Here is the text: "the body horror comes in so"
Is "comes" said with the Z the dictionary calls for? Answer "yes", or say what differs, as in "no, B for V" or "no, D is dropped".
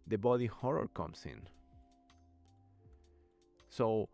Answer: no, S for Z